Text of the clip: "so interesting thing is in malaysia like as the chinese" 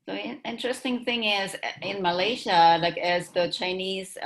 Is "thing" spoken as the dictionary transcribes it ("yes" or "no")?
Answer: yes